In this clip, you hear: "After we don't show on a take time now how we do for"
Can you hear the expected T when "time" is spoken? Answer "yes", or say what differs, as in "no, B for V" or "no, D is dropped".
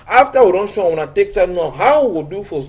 no, S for T